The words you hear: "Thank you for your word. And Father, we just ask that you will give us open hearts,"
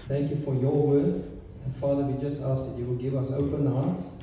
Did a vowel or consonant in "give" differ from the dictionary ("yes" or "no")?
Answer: no